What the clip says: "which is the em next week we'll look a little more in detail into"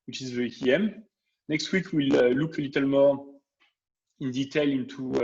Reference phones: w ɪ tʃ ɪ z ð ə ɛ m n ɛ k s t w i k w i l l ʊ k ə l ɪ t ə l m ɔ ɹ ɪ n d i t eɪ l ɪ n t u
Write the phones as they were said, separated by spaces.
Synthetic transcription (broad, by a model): w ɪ tʃ ɪ z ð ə ɛ m n ɛ k s t w i k w i l l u k ə l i t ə l m ɔ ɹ ɪ n d i t eɪ l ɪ n t u